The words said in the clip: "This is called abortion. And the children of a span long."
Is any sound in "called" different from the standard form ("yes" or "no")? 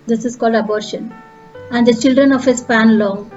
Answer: no